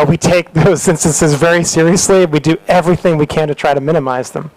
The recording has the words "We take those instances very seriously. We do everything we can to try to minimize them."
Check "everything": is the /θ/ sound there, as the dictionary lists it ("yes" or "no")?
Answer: yes